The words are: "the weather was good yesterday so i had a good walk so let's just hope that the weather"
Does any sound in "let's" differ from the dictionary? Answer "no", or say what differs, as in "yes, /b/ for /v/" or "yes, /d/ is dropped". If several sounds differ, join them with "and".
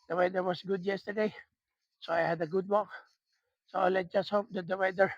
yes, /s/ is dropped